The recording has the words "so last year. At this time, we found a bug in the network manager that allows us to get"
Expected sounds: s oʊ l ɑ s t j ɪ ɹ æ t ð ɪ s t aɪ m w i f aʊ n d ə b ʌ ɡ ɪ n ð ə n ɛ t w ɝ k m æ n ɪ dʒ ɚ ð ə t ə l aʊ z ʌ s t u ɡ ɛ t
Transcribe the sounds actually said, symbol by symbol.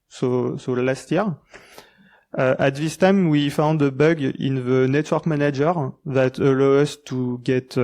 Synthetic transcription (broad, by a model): s oʊ l ɑ s t j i ɹ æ t ð ɪ s t aɪ m w i f aʊ n d ə b ʌ ɡ ɪ n ð ə n ɛ t w ɝ k m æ n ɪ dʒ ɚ ð ə t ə l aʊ ʌ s t u ɡ ɛ t